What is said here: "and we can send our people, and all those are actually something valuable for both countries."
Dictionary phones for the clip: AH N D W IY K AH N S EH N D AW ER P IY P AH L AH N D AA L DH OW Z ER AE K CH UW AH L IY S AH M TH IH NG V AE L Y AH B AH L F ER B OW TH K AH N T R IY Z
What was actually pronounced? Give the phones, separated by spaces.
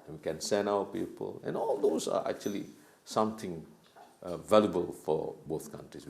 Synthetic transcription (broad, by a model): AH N W IY K AH N S EH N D AW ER P IY P AH L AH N AA L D OW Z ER AE K CH UW AH L IY S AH M T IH NG V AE L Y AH B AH L F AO B OW TH K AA N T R IY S